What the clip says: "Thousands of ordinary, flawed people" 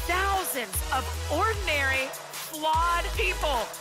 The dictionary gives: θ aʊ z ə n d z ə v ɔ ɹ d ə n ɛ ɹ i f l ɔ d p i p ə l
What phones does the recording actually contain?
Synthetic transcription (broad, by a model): θ aʊ z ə n d z ə v ɔ ɹ d n ɛ ɹ i f l ɔ d p i p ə l